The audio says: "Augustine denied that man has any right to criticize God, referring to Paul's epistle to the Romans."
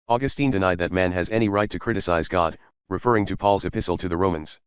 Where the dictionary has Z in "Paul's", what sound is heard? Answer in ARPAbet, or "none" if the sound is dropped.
Z